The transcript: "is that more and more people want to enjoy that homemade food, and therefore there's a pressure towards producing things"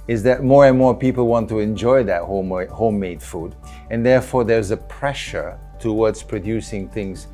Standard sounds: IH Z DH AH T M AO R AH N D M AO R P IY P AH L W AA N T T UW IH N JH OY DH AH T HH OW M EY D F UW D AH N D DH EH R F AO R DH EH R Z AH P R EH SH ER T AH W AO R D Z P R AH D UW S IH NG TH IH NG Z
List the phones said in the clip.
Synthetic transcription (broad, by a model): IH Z DH AH T M AO R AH N M AO R P IY P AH L W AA N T T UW IH N JH OY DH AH T HH OW M EY D F UW D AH N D DH EH R F AO R DH EH R Z AH P R EH SH ER T AH W AO R D Z P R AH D UW S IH NG TH IH NG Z